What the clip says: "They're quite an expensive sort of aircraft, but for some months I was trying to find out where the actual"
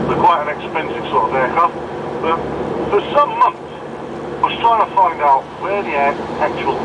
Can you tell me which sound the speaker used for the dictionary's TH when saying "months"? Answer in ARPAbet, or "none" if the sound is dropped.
TH